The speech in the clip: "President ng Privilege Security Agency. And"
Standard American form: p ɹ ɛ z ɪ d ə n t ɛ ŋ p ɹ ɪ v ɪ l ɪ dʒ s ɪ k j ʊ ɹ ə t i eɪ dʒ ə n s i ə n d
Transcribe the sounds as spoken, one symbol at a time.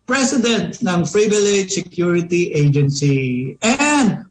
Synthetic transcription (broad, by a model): p ɹ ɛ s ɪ d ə n t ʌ ŋ f ɹ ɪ b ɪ l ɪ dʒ s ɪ k j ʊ ɹ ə t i eɪ dʒ ə n s i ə n d